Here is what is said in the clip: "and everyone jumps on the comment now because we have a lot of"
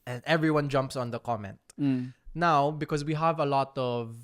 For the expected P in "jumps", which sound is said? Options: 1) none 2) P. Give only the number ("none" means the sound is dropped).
2